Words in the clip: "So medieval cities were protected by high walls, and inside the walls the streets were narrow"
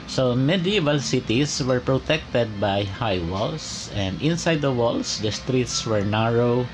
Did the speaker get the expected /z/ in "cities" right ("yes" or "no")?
no